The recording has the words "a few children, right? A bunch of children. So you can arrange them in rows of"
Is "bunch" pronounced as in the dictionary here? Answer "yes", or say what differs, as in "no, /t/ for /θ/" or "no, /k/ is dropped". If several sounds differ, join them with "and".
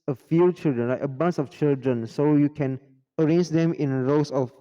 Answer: no, /s/ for /tʃ/